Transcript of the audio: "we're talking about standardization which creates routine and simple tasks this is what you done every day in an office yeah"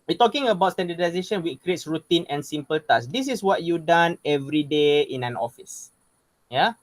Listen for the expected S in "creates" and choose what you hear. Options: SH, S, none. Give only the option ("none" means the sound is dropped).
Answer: S